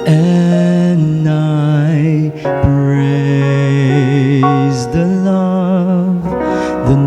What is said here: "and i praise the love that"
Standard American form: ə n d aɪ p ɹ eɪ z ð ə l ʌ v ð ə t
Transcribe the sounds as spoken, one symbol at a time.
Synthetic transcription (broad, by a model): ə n aɪ b ɹ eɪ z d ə l ʌ v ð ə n